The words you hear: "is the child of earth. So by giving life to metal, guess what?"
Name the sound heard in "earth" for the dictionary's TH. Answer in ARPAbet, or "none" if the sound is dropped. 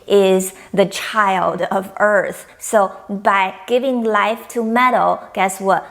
TH